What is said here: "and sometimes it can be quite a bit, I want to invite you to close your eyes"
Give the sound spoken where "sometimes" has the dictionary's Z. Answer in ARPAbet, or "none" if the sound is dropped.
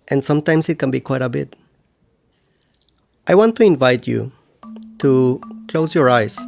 S